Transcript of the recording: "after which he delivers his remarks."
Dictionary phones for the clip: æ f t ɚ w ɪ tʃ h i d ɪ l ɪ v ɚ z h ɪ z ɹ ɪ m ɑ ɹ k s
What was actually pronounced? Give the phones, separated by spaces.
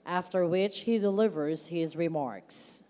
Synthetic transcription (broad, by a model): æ f t ɚ w ɪ tʃ h i d ɪ l ɪ v ɚ z h ɪ z ɹ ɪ m ɑ ɹ k s